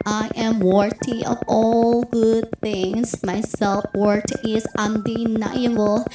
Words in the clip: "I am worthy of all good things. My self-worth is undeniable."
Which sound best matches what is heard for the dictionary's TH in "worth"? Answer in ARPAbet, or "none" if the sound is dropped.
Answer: T